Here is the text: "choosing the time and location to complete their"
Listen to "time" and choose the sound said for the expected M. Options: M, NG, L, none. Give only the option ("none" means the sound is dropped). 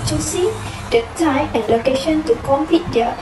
none